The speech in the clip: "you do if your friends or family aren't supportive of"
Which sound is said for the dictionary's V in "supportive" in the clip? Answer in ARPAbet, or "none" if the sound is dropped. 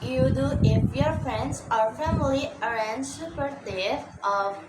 none